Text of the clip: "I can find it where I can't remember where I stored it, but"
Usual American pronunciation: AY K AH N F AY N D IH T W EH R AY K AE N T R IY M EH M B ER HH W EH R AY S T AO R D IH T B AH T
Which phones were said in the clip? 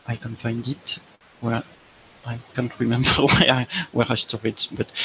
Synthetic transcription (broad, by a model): AY K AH N F AY N D IH T W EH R AY K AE N T R IY M EH M B ER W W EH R AY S T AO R IH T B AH T